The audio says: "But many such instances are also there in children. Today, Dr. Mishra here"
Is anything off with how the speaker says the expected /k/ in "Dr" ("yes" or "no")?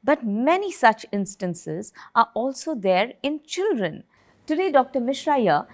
no